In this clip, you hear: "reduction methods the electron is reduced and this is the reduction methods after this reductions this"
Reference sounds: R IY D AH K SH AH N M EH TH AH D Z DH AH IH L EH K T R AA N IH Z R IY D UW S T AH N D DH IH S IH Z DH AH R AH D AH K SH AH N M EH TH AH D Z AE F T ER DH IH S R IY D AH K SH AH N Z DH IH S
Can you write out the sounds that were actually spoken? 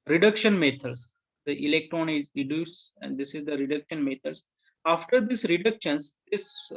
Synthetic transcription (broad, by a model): R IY D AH K SH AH N M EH T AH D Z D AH IH L EH K T R AA N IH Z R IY D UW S AH N D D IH S IH Z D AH R AH D AH K SH AH N M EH T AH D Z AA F T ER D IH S R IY D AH K SH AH N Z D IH S